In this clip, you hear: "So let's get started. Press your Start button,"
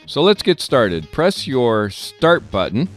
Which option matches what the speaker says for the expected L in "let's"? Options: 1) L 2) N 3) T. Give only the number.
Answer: 1